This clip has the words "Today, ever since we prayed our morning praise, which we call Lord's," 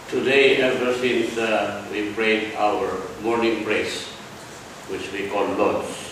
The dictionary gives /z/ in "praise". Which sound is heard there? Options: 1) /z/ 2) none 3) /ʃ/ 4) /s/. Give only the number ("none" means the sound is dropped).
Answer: 4